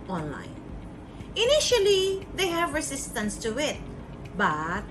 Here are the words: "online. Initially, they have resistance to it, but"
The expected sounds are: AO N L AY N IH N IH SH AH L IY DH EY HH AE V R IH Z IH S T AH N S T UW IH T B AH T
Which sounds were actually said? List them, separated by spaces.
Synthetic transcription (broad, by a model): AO N L AY N IH N IH SH AH L IY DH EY HH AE V R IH S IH S T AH N S T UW IH T B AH T